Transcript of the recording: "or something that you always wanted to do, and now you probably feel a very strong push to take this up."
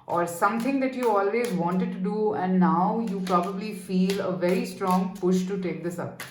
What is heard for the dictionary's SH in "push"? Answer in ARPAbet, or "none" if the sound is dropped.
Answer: SH